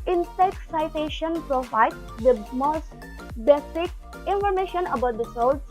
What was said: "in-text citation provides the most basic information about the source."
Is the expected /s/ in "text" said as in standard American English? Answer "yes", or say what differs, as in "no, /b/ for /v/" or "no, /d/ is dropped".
no, /s/ is dropped